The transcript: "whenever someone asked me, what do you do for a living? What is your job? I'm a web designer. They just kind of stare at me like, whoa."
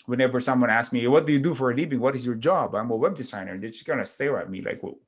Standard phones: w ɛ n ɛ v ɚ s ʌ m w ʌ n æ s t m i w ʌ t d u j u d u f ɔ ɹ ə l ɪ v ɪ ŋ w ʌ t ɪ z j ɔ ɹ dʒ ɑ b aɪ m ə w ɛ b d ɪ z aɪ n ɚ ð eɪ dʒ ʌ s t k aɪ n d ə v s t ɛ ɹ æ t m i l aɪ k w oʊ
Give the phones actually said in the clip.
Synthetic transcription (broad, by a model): w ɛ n ɛ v ɚ s ʌ m w ʌ n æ s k m i w ʌ t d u j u d u f ɔ ɹ ə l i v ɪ ŋ w ʌ t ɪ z j ɔ ɹ dʒ ɑ b aɪ m ə w ɛ b d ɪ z aɪ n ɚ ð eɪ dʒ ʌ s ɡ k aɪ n ə s t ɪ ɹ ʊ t m i l aɪ k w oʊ